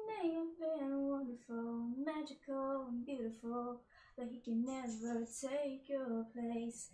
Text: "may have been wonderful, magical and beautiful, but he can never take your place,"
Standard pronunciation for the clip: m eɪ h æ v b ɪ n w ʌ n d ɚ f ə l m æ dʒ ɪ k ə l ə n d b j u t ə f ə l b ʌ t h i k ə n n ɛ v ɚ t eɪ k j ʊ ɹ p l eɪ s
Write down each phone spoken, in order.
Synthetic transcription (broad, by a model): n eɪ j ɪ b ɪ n w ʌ n d ɚ f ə n m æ dʒ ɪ k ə l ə n b j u t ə f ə l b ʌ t h i k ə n n ɛ v ɚ t eɪ k j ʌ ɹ p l eɪ s